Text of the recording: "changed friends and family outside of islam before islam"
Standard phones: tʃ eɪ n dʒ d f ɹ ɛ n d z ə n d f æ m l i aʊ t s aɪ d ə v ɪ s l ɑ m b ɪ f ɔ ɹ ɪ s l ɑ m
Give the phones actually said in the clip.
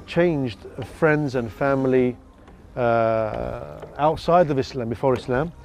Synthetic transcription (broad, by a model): tʃ eɪ n dʒ d f ɹ ɛ n d z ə n f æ m l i aʊ t s aɪ d ə v ɪ s l ɑ m b ɪ f ɔ ɹ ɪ s l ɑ m